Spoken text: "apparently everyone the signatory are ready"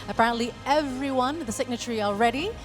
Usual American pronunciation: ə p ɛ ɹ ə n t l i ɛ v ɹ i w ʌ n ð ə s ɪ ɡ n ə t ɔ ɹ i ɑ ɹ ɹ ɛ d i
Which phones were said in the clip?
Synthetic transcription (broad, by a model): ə p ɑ ɹ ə n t l i ɛ v ɹ i w ʌ n ð ə s ɪ ɡ n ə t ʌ ɹ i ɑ l ɹ ɛ d i